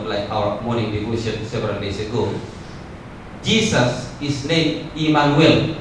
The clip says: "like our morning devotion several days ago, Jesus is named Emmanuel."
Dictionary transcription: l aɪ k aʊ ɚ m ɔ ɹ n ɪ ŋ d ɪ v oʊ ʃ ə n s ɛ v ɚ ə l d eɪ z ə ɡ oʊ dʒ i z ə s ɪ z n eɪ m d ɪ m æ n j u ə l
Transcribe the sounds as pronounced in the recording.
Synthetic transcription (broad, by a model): l aɪ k aʊ ɚ m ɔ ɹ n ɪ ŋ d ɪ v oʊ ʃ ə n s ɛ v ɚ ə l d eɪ s ə ɡ oʊ dʒ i s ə s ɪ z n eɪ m ɪ m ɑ n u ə l